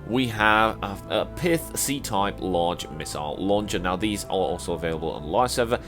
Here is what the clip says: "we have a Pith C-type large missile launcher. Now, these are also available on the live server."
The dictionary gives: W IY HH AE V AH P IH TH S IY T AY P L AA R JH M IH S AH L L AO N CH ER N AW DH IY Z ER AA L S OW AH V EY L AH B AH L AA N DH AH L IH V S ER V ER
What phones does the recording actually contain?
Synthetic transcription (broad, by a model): W IY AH V AH P IH TH S IY T AY P L AA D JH M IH S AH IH L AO N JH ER N AW DH IY Z ER AA L S OW AH V EY L AH B AH L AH N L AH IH S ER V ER